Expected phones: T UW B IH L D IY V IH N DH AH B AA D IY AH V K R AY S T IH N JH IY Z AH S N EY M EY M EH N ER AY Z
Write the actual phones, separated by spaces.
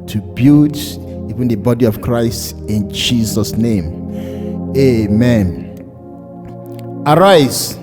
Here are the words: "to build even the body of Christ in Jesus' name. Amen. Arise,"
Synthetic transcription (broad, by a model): T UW B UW D IY V IH N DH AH B AA D IY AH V K R AY S T IH N JH IY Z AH S N EY M EY M EH N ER AY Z